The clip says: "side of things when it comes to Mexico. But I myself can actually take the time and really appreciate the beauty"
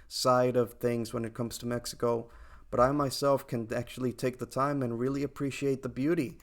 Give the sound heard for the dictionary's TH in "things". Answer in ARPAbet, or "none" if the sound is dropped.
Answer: TH